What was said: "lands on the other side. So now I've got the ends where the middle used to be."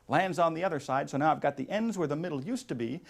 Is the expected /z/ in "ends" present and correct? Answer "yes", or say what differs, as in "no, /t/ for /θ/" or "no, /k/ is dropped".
yes